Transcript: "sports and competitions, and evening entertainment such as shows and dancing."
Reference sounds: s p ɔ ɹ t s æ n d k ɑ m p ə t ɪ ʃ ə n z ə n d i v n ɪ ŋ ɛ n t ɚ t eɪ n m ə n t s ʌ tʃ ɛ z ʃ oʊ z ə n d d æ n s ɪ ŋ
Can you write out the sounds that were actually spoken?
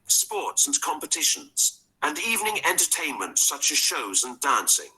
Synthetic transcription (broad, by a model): s p ɔ ɹ t s n k ɑ m p ə t ɪ ʃ ə n z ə n i v n ɪ ŋ ɛ n t ɚ t eɪ n m ə n t s ʌ tʃ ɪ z ʃ oʊ z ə n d d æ n s ɪ ŋ